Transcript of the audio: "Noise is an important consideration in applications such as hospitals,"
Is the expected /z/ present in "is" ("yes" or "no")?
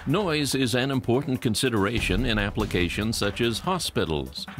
yes